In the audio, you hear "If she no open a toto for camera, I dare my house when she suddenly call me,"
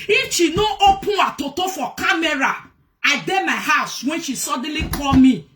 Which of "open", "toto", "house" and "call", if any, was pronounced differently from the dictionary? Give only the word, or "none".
open